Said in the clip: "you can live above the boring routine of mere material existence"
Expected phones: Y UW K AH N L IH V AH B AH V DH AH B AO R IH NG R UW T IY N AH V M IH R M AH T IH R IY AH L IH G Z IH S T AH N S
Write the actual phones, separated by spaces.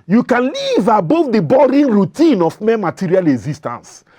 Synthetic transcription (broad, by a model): Y UW K AH N L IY V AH B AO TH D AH B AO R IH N R UW T IY N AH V M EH M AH T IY R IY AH L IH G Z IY S T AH N S